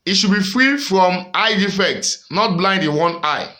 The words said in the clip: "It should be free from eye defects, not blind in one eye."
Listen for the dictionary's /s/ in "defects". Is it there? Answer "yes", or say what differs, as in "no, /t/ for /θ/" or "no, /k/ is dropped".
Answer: yes